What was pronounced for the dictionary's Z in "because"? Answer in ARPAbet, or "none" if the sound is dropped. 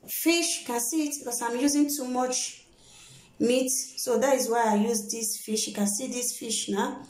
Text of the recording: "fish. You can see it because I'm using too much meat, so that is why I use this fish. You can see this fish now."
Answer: S